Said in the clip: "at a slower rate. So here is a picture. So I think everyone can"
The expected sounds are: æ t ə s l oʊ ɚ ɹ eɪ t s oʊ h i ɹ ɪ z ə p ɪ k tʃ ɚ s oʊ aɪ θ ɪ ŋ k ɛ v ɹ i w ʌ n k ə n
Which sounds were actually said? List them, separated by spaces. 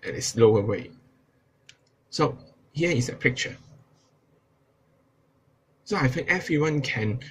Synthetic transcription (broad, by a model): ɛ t ə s l oʊ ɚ w eɪ s oʊ h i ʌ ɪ s ə p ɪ k tʃ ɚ s oʊ aɪ f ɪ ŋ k ɛ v ɹ i w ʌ n k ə n